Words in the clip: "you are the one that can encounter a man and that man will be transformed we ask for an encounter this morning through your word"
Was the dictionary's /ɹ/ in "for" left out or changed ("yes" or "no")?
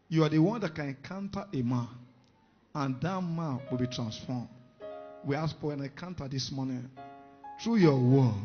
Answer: yes